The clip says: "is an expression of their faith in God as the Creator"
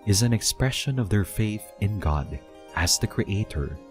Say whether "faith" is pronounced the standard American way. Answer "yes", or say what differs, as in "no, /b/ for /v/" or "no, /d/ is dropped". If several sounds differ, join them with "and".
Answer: yes